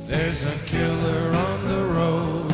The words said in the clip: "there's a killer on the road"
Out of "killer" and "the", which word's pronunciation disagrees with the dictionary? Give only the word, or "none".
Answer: none